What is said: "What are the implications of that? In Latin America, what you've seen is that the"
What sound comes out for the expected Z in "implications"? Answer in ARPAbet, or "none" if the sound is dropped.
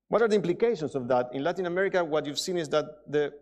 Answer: S